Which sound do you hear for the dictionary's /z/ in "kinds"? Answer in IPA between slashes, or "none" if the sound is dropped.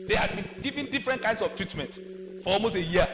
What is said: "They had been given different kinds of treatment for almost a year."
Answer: /s/